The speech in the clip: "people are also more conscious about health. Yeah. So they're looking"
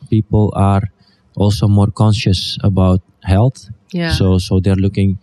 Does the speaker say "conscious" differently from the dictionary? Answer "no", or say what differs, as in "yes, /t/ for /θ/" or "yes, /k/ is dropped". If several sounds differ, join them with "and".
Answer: no